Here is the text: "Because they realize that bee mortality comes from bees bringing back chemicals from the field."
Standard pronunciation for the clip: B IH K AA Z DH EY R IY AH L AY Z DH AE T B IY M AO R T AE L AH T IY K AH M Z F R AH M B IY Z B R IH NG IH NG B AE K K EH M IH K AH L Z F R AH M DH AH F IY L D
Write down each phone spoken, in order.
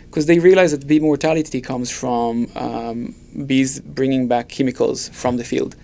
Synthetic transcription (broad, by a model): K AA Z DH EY R IY AH L AY Z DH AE T B IY M AO R T AE L AH T IY K AH M Z F R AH M B IY Z B R IH NG IH NG B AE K K EH M IH K AH L Z F R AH M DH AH F IY L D